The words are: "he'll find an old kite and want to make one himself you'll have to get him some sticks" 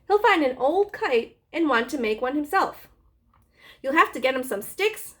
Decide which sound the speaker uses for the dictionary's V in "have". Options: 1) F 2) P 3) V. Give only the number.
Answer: 1